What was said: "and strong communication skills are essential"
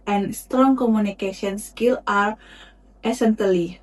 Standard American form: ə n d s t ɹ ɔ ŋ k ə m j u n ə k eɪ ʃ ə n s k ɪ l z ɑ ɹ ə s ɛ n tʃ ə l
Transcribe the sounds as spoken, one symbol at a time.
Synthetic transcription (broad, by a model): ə n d s t ɹ ɔ ŋ k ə m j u n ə k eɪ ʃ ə n s k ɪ l ɑ ɹ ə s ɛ n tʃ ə l